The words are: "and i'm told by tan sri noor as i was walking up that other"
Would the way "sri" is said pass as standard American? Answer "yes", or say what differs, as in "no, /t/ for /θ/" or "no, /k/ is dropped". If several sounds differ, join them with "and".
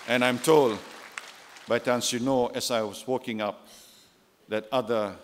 no, /ɹ/ is dropped